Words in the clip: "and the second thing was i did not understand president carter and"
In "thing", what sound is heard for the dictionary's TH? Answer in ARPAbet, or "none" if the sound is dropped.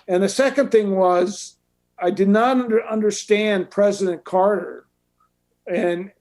TH